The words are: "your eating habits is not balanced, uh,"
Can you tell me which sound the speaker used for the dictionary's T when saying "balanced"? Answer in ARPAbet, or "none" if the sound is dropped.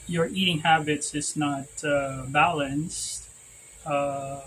T